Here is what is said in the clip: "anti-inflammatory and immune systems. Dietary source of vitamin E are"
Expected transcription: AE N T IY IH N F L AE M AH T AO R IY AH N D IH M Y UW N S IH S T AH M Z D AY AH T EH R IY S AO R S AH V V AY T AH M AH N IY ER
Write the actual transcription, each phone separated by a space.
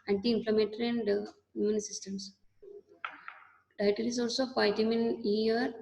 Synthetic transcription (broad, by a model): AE N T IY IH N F L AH M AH T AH R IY AH N D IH Y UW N S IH S T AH M S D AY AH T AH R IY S AO L S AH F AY T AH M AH N IY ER